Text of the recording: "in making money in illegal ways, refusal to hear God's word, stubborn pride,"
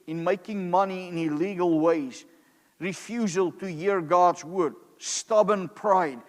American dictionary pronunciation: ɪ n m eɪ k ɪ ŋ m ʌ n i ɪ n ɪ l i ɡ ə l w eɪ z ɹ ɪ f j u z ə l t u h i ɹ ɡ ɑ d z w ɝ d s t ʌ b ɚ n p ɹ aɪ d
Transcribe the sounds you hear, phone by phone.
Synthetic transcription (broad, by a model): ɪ n m eɪ k ɪ ŋ m ʌ n i ɪ n ɪ l i ɡ ə l w eɪ z ɹ ɪ f j u z ə l t u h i ɹ ɡ ɑ d z w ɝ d s t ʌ b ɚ n p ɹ aɪ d